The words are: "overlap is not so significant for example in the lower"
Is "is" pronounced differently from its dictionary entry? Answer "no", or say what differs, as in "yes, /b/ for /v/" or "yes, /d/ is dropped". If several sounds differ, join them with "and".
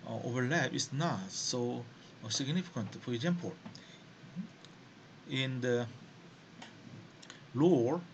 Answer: yes, /s/ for /z/